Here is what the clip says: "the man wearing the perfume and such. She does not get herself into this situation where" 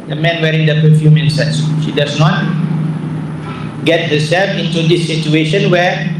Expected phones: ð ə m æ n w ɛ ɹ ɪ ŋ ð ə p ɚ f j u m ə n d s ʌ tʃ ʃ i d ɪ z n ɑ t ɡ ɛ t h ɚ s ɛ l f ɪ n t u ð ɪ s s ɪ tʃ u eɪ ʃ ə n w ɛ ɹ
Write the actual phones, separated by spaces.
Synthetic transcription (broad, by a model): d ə m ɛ n w ɛ ɹ ɪ ŋ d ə p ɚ f j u m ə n s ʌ s ʃ i d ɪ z n ɑ t ɡ ɛ t h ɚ s ɛ l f ɪ n t u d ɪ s s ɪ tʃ u eɪ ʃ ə n w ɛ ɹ